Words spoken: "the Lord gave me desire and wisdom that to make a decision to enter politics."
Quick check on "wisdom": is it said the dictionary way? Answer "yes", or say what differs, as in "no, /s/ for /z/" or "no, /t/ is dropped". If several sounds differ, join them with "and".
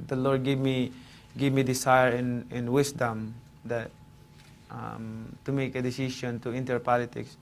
no, /s/ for /z/